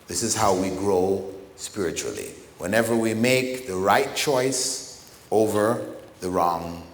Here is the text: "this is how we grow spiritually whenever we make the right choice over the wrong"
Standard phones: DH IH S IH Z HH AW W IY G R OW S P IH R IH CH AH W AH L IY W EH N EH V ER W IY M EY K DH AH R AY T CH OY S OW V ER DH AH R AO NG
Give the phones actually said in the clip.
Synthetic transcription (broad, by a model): DH IH S IH Z HH AW W IY G R OW S P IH R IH CH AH L IY W EH N EH V ER W IY M EY K DH AH R AY T CH OY S OW V ER DH AH R AO NG